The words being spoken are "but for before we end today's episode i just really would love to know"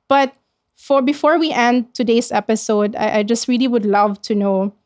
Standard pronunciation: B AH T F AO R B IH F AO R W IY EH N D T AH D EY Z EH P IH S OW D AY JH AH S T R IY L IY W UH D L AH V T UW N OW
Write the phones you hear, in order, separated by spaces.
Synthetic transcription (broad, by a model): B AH T F AO R B IH F AO R W IY EH N D T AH D EY S EH P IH S OW D AY JH AH S T R IY L IY W UH D L AH V T UW N OW